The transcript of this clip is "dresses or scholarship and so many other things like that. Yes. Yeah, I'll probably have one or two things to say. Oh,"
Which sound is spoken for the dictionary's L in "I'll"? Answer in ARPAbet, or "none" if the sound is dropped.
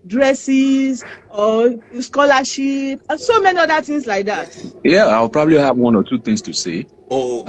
W